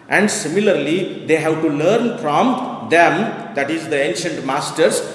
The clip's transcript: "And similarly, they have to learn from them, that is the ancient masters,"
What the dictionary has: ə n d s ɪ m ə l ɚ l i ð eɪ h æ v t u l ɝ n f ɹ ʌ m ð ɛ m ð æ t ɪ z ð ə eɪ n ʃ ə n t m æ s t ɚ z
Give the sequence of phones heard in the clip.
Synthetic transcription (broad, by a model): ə n d s ɪ m ə l ɚ l i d eɪ h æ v t u l ɝ n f ɹ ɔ m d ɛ m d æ t ɪ z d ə eɪ n ʃ ə n t m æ s t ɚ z